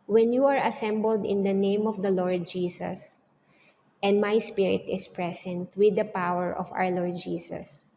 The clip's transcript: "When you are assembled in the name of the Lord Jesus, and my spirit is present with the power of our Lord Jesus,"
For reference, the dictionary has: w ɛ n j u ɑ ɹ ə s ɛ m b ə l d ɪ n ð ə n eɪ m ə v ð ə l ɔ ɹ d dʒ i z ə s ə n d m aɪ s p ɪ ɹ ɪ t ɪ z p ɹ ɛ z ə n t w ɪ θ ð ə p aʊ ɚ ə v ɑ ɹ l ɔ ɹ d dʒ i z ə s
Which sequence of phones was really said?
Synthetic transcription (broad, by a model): w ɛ n j u ɑ ɹ ə s ɛ m b ə l d ɪ n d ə n eɪ m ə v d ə l ɔ ɹ d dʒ i s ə s ə n d m aɪ s p ɪ ɹ ɪ t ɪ s p ɹ ɛ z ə n t w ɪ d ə p aʊ ɚ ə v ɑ w l ɔ ɹ d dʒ i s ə s